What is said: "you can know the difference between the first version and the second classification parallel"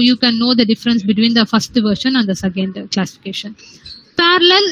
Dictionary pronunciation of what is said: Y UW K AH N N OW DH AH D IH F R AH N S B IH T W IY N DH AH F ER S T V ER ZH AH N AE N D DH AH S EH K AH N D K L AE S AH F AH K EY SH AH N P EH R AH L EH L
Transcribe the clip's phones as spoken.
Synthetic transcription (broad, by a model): Y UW K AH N N OW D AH D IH F R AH N S B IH T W IY N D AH F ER S T V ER SH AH N AE N D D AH S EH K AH N D K L AE S AH F AH K EY SH AH N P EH R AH L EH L